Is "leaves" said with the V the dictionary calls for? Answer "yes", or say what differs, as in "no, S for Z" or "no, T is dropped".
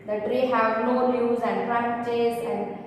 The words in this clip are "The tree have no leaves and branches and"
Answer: no, V is dropped